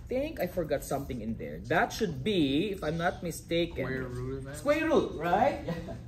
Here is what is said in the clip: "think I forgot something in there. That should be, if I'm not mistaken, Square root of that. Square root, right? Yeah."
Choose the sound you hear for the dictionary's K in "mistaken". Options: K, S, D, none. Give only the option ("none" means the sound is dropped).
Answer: none